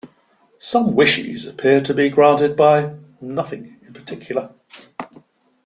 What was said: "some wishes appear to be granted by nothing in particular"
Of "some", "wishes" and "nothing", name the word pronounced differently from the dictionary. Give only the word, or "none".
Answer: none